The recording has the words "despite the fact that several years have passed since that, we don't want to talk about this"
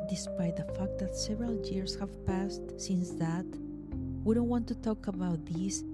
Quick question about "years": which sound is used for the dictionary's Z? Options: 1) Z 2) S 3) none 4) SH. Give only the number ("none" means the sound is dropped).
2